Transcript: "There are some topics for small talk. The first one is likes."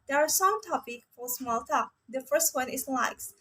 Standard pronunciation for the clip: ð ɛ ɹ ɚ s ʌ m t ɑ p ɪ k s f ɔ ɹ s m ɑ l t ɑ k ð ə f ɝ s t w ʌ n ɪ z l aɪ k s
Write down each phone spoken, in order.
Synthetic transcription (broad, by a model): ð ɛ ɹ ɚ s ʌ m t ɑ p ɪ k f ɔ ɹ s m ɑ l t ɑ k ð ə f ɝ s t w ʌ n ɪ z l aɪ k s